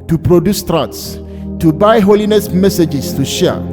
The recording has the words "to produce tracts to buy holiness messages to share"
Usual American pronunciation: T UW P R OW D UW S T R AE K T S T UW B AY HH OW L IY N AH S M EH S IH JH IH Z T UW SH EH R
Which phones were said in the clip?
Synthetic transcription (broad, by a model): T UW P R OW D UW S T R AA T S T UW B AY HH OW L IY N AH S M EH S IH JH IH S T UW SH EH